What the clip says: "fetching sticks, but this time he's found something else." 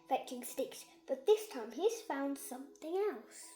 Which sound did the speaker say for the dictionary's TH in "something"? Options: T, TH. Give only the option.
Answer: TH